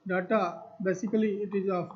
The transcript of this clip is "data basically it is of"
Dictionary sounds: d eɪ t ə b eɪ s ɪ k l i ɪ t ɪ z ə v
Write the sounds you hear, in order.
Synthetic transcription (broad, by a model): d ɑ t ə b eɪ s ɪ k l i ɪ t ɪ z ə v